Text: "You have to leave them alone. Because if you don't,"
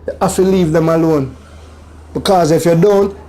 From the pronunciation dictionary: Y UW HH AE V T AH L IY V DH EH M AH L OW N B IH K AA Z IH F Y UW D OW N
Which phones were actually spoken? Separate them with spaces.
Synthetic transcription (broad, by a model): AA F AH L IY V DH EH M AH L OW N B IH K AA Z IH F Y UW D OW N